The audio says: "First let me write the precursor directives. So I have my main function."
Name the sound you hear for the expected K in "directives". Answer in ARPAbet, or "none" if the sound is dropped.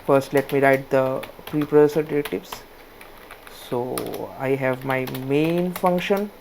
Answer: none